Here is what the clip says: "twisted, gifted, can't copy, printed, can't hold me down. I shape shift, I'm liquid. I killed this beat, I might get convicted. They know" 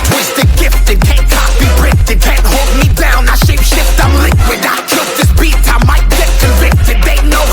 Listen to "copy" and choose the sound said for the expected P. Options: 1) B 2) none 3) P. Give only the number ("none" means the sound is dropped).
1